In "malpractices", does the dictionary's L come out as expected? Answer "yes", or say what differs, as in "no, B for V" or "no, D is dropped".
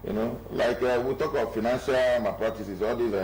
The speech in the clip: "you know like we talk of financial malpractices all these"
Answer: no, L is dropped